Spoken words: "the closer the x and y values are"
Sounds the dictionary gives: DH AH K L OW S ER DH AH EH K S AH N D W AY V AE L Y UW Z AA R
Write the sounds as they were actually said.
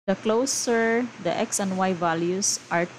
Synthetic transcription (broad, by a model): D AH K L OW S ER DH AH EH K S AH N D W AY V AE L Y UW S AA R